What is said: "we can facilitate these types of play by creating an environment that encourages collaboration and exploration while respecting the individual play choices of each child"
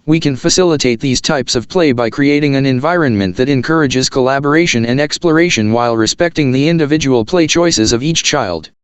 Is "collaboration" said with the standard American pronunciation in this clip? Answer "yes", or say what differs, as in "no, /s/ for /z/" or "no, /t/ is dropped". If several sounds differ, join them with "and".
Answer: yes